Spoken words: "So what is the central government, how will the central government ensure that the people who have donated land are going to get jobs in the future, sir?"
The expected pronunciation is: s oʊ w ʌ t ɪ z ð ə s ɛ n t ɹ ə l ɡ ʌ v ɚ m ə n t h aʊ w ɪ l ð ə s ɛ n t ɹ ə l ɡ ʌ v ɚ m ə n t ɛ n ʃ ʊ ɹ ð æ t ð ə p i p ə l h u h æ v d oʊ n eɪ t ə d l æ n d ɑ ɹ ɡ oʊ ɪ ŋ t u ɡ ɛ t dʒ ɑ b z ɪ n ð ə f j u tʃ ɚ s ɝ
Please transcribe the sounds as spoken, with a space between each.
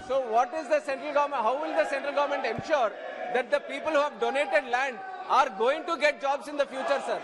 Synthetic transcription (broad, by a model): s oʊ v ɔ t ɪ z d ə s ɛ n t ɹ ə l ɡ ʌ v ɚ m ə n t h aʊ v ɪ l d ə s ɛ n t ɹ ə l ɡ ʌ v ɚ m ə n t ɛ n ʃ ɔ ɹ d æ t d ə p i p ə l h u h æ v d oʊ n eɪ t ə d l æ n d ɑ ɹ ɡ oʊ ɪ ŋ t u ɡ ɛ t dʒ ɑ b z ɪ n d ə f j u tʃ ɚ s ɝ